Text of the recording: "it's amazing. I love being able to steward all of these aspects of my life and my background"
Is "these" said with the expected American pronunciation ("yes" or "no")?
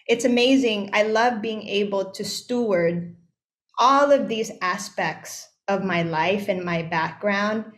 yes